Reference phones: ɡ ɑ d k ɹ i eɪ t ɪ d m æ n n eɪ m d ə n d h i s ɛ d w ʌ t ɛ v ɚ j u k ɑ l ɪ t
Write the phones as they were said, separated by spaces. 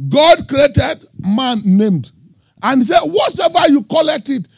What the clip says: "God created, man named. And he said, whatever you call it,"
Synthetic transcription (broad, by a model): ɡ ɑ d k ɹ i eɪ t ɪ d m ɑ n n eɪ m d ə n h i s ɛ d w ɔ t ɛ v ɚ j u k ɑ l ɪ t